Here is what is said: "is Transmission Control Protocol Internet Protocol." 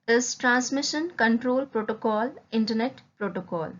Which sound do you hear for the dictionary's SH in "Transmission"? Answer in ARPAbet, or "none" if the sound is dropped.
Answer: SH